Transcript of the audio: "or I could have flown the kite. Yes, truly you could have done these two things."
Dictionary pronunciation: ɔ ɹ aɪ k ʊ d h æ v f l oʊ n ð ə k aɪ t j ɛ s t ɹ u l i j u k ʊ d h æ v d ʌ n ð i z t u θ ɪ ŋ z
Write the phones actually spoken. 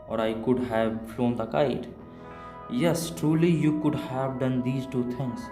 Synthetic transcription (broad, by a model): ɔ ɹ aɪ k ʊ d h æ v f l oʊ n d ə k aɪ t j ɛ s t ɹ u l i j u k ʊ d h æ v d ʌ n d i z t u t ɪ ŋ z